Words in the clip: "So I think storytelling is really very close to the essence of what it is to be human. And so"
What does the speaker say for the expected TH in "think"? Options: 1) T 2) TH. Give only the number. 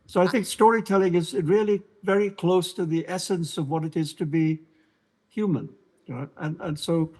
2